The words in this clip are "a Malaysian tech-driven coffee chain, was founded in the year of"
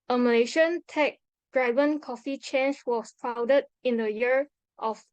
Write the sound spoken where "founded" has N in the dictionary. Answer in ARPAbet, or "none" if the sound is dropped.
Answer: none